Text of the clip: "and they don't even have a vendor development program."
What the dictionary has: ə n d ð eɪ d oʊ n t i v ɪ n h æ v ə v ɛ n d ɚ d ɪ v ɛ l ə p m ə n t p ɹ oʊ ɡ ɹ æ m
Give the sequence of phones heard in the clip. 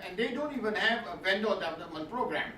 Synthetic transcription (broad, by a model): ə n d eɪ d oʊ n t i v ɪ n h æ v ə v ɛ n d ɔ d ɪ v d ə m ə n p ɹ oʊ ɡ ɹ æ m